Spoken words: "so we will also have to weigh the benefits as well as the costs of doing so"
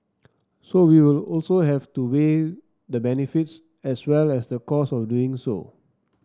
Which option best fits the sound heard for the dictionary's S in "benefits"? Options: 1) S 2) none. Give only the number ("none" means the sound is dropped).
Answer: 1